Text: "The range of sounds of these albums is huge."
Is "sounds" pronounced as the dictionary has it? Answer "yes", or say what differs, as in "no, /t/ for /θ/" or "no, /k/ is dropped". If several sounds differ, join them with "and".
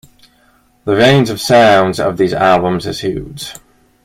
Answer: yes